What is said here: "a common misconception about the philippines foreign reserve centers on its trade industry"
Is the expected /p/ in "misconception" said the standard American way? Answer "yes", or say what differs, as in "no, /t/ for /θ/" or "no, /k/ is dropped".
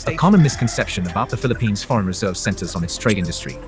yes